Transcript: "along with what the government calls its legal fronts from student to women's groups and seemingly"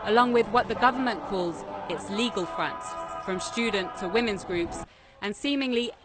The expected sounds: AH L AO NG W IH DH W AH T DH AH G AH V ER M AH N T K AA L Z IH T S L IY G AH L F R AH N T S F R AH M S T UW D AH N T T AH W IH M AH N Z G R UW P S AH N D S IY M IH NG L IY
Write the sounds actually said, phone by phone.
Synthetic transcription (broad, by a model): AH L AO NG W IH DH W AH T DH AH G AH V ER M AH N K AA L Z IH T S L IY G AH L F R AH N T S F R AH M S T UW D N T T AH W IH M AH N Z G R UW P S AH N S IY M IH NG L IY